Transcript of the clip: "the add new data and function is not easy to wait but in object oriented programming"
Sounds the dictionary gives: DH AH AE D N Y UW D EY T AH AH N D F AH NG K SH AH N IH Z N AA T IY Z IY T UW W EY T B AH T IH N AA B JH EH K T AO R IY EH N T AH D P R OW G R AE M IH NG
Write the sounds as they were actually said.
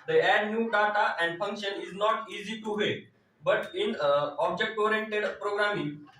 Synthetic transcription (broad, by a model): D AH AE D N Y UW D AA T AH AH N D F AH NG K SH AH N IH Z N AA T IY Z IY T UW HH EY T B AH T IH N AA B JH EH K T AO R IY EH N T AH D P R OW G R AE M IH NG